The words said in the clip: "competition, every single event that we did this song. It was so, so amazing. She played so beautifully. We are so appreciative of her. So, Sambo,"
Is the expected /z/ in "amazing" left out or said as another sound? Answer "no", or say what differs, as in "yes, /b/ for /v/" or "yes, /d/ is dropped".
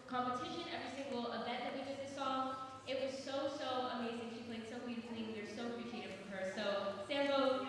no